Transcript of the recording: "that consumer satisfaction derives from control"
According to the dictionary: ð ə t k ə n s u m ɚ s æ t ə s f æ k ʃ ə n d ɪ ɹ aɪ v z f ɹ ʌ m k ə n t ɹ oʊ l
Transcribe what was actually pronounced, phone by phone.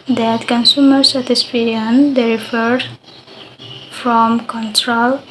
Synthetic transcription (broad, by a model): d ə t k ə n s u m ɚ s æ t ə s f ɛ ʃ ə n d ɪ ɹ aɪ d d f ɹ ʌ m k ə n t ɹ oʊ l